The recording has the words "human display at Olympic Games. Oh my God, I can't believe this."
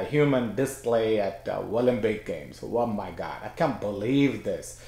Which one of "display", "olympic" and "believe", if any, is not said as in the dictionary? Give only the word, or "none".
olympic